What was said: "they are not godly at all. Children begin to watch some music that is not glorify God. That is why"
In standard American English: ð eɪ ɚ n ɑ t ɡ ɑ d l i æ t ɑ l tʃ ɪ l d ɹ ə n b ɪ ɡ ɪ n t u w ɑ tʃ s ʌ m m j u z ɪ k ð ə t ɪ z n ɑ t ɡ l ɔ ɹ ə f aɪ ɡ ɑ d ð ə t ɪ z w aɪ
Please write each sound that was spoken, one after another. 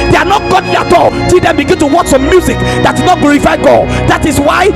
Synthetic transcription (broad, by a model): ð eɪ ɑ n ɑ t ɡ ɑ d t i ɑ t ɑ l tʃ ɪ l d ə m b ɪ ɡ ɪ n t u w ɑ tʃ s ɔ m m j u z ɪ k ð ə t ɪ n ɑ t ɡ l ɔ ɹ ə f aɪ ɡ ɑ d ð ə t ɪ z w aɪ